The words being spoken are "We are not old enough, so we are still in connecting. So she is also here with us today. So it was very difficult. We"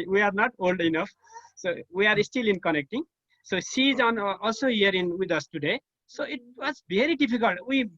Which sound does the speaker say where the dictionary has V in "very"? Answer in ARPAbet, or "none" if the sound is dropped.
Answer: B